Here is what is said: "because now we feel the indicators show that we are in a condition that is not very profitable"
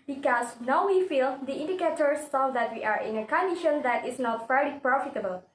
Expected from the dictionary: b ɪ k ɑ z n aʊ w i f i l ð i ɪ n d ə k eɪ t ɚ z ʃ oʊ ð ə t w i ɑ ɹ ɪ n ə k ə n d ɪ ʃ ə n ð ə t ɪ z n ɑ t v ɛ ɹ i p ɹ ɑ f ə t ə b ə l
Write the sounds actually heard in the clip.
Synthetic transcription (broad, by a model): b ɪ k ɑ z n aʊ w i f i l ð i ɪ n d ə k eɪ t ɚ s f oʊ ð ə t w i ɑ ɹ ɪ n ə k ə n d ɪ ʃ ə n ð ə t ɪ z n ɑ t f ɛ ɹ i p ɹ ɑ f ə t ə b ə l